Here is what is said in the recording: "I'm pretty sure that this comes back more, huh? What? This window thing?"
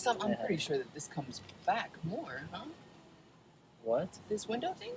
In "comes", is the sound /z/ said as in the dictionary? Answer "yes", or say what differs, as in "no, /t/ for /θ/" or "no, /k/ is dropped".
yes